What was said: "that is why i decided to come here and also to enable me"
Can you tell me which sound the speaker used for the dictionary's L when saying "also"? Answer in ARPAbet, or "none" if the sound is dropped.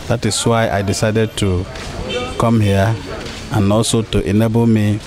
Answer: none